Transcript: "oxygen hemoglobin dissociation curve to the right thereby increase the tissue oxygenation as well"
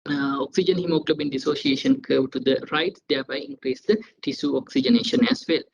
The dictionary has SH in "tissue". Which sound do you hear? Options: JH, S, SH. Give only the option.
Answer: S